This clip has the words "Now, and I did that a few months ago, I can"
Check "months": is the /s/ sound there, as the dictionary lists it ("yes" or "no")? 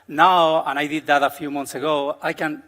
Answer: yes